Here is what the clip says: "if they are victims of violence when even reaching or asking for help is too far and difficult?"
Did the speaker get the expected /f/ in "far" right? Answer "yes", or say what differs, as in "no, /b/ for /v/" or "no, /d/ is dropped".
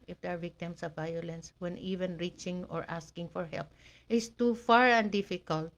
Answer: yes